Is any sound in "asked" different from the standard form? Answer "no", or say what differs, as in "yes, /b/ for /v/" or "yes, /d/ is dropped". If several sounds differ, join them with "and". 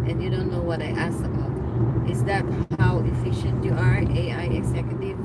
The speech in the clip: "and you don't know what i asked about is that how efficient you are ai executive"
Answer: yes, /t/ is dropped